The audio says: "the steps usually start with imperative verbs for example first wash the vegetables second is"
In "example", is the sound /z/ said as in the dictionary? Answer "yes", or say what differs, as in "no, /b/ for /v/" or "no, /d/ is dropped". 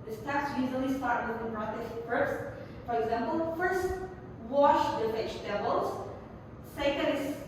yes